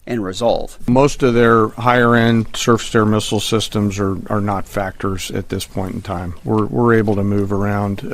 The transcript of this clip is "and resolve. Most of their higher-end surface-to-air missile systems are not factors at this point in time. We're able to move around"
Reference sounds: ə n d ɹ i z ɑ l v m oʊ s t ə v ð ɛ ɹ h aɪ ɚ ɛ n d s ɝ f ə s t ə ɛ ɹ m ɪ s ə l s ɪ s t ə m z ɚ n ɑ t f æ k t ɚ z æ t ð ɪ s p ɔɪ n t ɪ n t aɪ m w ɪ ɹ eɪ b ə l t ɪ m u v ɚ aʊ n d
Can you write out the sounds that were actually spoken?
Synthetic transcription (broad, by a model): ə n ɹ i z ɑ l v m oʊ s t ə v ð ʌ ɹ h aɪ ɚ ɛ n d s ɝ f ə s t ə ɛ ɹ m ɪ s l s ɪ s t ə m z ɚ n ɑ t f æ k t ɚ z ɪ t ð ɪ s p ɔɪ n t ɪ n t aɪ m w ɪ ɹ eɪ b l t ɪ m u v ɚ aʊ n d